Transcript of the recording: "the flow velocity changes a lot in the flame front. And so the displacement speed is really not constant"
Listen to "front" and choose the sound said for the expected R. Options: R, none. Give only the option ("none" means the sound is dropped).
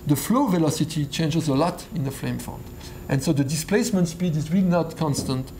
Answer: none